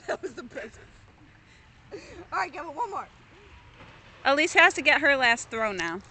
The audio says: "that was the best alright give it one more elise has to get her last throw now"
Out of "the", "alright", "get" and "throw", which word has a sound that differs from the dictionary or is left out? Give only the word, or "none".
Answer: alright